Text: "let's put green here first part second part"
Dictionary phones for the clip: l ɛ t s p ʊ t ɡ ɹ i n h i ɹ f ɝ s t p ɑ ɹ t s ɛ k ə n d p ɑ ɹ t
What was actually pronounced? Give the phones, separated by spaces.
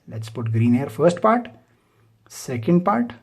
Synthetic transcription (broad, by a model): l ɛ t s p ʊ t ɡ ɹ i n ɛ ɹ f ɝ s t p ɑ ɹ t s ɛ k ə n d p ɑ ɹ t